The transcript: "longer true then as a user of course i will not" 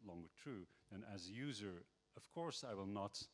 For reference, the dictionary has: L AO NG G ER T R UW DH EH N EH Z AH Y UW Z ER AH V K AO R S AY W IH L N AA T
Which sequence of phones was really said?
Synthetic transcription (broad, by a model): L AO NG G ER T R UW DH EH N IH Z AH Y UW Z ER AH V K AO R S AY W IH L N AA T